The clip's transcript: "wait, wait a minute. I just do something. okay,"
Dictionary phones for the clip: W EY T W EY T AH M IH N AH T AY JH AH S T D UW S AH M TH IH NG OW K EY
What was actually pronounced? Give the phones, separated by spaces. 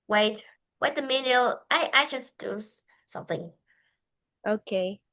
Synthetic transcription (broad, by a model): W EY T W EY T AH M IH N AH T AY JH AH S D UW S AH M TH IH NG OW K EY